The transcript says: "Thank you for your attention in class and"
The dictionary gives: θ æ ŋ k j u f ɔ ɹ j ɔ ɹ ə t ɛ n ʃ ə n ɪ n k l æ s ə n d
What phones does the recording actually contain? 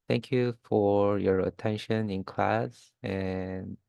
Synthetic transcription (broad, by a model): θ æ ŋ k j u f ɔ ɹ j ɔ ɹ ə t ɛ n ʃ ə n ɪ n k l æ s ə n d